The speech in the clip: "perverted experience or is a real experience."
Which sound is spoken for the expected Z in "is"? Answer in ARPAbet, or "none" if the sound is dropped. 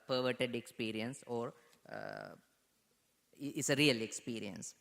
S